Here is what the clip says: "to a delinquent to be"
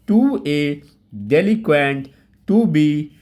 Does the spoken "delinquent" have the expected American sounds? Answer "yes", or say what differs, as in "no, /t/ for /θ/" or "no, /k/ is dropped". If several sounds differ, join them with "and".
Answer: no, /ŋ/ is dropped